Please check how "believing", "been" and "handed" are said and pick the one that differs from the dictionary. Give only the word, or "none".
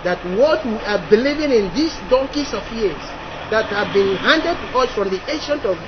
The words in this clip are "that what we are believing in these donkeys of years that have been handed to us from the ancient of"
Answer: none